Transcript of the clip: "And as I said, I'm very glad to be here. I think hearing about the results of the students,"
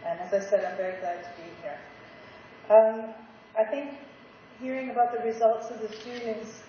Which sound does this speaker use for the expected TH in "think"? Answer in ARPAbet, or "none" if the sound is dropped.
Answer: TH